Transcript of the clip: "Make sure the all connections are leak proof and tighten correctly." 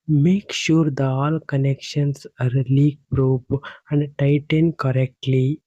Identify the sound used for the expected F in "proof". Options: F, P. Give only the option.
P